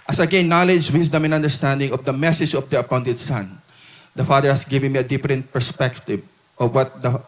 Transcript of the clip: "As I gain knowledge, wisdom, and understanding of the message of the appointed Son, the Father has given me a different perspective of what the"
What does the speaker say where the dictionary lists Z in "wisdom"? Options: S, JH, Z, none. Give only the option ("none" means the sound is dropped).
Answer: S